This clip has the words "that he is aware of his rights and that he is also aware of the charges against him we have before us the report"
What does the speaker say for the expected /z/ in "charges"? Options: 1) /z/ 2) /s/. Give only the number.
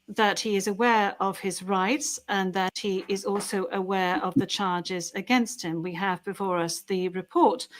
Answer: 1